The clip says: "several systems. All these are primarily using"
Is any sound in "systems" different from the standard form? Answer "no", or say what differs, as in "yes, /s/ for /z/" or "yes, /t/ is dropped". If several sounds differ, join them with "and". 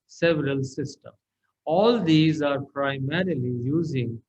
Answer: yes, /z/ is dropped